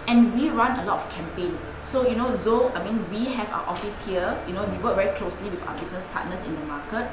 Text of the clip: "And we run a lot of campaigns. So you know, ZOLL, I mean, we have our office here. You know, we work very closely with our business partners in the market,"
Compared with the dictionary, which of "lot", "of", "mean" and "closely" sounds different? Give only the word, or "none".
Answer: of